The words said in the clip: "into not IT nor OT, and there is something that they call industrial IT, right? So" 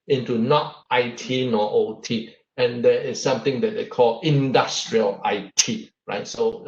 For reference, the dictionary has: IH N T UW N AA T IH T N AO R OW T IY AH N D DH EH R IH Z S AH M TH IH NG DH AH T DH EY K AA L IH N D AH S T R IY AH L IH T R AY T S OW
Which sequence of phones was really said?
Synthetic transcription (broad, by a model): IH N T UW N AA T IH T N AO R OW T IY AH N D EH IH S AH M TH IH NG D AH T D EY K AA L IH N D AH S T R IY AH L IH T R AY T S OW